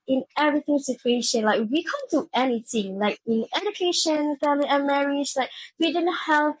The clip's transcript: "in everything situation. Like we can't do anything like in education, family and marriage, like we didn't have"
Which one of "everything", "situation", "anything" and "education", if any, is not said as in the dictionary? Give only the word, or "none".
none